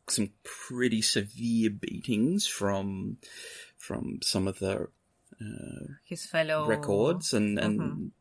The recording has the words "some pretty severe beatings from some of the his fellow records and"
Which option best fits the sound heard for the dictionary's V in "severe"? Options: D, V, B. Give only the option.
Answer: V